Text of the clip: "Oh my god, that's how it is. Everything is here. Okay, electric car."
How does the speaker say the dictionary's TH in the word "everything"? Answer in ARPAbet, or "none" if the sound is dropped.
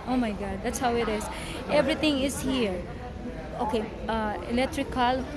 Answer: T